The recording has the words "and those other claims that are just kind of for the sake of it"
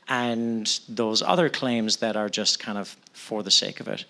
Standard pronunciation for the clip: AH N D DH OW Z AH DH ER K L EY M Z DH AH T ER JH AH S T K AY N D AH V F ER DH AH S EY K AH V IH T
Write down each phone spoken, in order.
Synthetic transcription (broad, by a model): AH N DH OW Z AH DH ER K L EY M Z DH AH T ER JH AH S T K AY N D AH V F ER DH AH S EY K AH V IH T